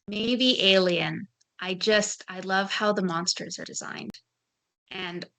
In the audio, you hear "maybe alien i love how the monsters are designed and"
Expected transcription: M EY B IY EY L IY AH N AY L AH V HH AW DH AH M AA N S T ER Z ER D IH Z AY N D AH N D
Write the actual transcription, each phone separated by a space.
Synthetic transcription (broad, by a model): M EY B IY EY L IY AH N AY L AH V HH AW DH AH M AA N S T ER Z ER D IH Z AY N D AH N